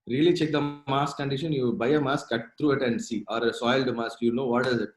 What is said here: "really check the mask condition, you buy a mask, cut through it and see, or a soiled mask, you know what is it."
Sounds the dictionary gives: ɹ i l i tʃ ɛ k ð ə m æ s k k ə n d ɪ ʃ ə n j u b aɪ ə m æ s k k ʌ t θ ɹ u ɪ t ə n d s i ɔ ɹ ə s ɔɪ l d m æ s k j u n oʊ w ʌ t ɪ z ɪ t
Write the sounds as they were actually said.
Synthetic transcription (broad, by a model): ɹ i l i tʃ ɛ k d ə m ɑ s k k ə n d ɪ ʃ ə n j u b aɪ ə m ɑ s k k ʌ t t ɹ u ɪ t ə n d s i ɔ ɹ ə s ɔɪ l d m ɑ s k j u n oʊ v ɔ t ɪ z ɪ t